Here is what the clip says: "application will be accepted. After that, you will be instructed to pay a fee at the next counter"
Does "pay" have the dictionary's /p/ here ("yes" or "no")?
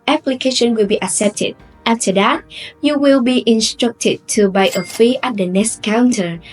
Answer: no